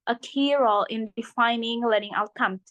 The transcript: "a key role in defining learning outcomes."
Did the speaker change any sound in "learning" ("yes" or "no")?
yes